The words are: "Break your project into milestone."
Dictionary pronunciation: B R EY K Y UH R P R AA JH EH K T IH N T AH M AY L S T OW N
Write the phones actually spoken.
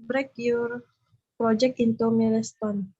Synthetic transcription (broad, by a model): B R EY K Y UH R P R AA JH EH K IH N T AH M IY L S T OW N